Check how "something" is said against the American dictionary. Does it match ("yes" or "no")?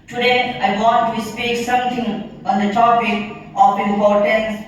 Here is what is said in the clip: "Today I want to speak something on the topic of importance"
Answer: no